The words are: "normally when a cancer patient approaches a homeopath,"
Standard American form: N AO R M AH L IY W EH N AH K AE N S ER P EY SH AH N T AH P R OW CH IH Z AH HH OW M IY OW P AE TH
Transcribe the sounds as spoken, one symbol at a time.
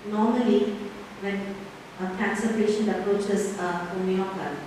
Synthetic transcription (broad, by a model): N AO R M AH L IY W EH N AH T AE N S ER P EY SH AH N AH P R OW CH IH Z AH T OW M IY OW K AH